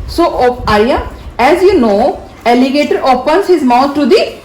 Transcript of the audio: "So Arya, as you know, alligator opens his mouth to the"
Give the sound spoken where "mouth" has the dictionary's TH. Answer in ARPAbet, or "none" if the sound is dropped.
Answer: T